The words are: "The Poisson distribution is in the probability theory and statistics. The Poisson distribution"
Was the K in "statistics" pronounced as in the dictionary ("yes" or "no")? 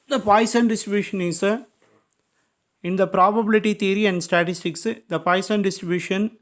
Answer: yes